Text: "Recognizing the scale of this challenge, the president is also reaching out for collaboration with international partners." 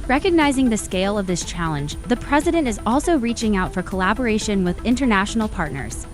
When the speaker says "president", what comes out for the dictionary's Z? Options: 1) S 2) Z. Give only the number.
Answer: 2